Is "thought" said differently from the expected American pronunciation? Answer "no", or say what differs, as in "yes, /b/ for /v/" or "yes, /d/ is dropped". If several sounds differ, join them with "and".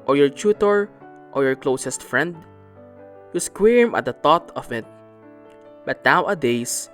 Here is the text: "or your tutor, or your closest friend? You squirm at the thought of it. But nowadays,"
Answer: yes, /t/ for /θ/